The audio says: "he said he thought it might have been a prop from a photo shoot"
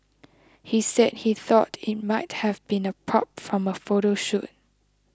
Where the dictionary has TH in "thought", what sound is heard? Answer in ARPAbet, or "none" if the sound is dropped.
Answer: TH